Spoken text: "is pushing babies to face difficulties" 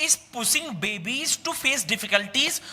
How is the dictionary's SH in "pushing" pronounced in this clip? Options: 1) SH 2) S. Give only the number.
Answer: 2